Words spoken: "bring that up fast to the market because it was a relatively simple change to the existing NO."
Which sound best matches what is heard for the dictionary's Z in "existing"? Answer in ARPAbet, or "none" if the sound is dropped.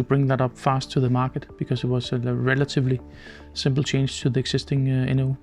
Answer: S